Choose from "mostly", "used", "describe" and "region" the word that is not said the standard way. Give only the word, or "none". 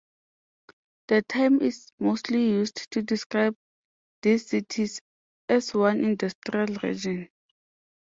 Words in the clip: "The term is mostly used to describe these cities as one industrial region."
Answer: used